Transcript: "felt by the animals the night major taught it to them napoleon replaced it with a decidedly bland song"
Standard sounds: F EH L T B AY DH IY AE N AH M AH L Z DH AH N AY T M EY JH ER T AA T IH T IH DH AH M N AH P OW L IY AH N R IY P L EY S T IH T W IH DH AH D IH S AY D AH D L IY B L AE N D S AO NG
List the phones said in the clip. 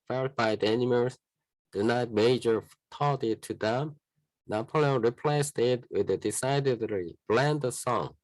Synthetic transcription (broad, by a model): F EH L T B AY DH IY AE N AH M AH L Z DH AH N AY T M EY JH ER T AA T IH T IH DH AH M N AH P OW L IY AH R IY P L EY S T IH T W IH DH AH D IH S AY D AH D L IY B L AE N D S AO NG